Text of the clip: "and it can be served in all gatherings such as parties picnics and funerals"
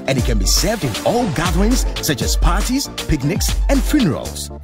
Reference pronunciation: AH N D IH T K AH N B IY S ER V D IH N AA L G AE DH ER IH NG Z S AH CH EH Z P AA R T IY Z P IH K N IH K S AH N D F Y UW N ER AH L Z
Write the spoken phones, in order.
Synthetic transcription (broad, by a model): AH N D IH T K AH N B IY S ER V D IH N AA L G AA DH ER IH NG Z S AH CH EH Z P AA R T IY Z P IH K N IH K S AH N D F Y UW N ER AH L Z